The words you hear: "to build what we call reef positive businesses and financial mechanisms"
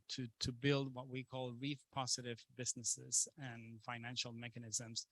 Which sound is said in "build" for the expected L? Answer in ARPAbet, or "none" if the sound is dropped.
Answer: L